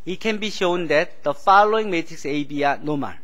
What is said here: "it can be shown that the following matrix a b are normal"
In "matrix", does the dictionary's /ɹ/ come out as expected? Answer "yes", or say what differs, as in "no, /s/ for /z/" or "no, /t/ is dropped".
no, /ɹ/ is dropped